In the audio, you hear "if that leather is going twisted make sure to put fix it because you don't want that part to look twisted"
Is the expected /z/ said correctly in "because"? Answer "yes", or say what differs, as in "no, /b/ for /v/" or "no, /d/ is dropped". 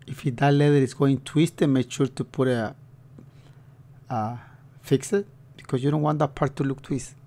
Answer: no, /s/ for /z/